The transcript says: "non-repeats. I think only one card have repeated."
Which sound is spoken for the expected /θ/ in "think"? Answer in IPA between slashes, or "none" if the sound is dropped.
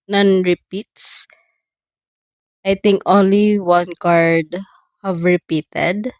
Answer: /t/